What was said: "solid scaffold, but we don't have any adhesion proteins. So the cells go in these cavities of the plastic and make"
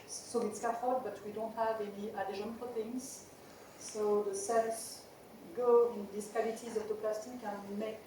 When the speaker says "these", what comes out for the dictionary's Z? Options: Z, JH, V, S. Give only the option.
S